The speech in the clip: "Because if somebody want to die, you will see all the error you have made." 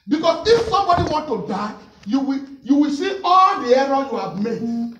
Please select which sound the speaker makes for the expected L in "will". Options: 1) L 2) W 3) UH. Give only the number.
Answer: 2